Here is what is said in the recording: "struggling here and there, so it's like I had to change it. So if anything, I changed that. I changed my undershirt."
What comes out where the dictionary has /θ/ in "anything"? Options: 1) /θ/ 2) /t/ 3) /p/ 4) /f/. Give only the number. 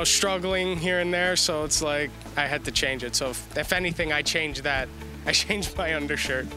1